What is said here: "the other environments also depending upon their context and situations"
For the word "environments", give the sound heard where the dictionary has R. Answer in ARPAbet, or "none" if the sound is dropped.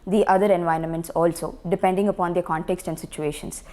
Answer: R